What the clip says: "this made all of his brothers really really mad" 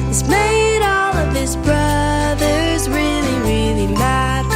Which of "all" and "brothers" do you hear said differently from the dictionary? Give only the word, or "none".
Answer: none